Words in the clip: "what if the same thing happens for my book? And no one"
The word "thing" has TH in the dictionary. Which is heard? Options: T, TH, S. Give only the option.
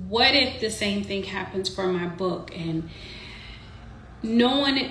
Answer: TH